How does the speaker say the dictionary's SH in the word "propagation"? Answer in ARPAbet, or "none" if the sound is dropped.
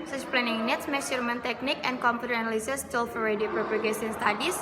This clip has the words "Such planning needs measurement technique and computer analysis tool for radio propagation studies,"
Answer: S